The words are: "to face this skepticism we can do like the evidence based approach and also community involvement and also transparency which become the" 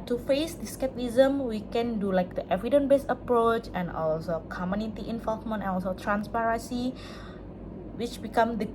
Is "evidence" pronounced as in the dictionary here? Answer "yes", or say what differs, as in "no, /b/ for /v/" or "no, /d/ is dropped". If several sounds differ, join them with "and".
no, /s/ is dropped